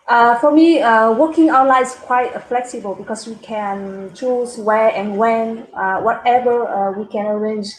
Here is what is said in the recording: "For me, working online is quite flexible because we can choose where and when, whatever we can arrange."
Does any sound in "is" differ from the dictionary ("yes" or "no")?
yes